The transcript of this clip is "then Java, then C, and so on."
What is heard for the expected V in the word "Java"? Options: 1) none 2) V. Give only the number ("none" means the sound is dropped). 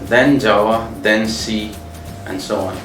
1